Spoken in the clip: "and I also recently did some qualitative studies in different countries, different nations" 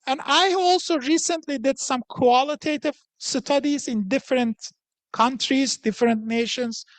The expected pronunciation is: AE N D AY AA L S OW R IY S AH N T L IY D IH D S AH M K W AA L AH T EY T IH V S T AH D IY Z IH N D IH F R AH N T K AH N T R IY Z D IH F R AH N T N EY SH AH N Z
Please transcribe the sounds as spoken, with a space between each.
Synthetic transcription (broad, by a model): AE N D AY AA L S OW R IY S AH N T L IY D IH D S AH M K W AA L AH T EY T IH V S T AH D IY Z IH N D IH F R AH N T K AH N T R IY Z D IH F R AH N T N EY SH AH N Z